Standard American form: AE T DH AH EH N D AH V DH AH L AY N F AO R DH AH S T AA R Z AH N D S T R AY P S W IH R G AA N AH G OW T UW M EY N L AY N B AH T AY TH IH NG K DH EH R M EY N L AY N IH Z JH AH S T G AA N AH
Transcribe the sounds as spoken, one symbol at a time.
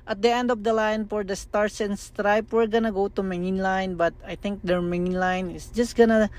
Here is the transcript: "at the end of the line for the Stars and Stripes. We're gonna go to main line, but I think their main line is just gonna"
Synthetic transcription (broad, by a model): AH T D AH EH N D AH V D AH L AY N F AO R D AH S T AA R S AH N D S T R AY P W IH R G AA N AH G OW T UW M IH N L AY N B AH T AY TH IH NG K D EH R M EY N L AY N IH S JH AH S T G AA N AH